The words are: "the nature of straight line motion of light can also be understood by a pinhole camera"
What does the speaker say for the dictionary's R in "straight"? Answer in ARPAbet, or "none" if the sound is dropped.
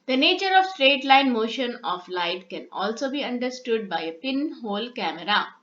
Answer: R